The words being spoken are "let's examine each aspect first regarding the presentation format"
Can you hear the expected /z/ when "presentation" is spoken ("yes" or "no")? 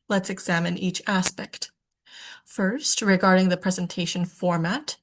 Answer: yes